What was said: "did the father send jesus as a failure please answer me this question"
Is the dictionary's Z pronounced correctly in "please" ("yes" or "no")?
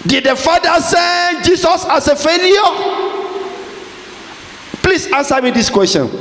no